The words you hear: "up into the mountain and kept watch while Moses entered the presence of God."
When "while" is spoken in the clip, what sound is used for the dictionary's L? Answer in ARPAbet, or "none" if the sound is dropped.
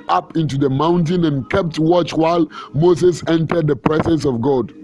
L